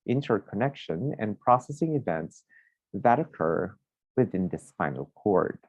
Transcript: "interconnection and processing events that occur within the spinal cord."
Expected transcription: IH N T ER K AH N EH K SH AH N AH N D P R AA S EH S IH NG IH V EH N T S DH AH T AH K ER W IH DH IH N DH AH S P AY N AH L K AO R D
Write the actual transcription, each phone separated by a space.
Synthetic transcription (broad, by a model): IH N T ER K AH N EH K SH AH N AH N P R AA S EH S IH NG IH V EH N T S DH AH T AH K ER W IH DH IH N DH AH S F AY N L K AO R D